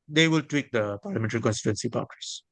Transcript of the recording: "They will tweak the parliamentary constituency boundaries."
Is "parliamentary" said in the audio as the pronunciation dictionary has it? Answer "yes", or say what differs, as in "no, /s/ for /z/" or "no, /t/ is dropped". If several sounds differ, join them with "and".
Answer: yes